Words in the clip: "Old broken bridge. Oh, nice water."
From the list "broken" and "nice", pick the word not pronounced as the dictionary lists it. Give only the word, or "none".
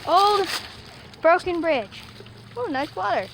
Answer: none